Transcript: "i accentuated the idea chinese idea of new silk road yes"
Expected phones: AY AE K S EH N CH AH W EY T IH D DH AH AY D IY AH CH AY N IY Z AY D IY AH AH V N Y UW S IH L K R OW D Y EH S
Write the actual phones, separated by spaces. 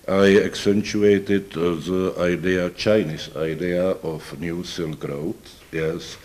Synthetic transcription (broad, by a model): AY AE K S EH N CH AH EY T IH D DH AH AY D IY AH CH AY N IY S AY D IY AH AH F N Y UW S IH L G R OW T Y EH S